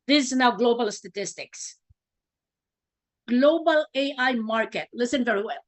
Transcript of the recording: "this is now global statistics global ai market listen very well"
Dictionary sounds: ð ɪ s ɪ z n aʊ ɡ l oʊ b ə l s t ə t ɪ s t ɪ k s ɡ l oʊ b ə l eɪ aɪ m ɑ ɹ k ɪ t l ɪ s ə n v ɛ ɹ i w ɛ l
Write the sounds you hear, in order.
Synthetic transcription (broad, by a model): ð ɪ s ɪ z n aʊ ɡ l oʊ b ə l s t ə t ɪ s t ɪ k s ɡ l oʊ b ə l eɪ aɪ m ɑ ɹ k ɪ t l ɪ s ə n v ɛ ɹ i w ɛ l